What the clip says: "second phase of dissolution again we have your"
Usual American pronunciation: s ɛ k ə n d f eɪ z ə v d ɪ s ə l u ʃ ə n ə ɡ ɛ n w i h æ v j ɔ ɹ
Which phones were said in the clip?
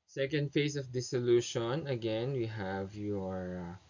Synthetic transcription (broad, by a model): s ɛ k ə n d f eɪ s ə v d ɪ s ə l u ʃ ə n ə ɡ ɛ n w i h æ v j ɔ ɹ